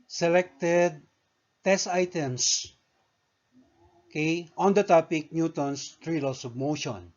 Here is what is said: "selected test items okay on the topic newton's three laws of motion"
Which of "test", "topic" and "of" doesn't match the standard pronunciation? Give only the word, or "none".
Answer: of